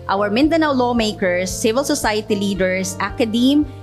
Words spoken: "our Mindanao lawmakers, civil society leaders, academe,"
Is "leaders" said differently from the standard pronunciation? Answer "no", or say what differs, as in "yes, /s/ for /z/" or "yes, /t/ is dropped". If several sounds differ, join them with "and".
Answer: yes, /s/ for /z/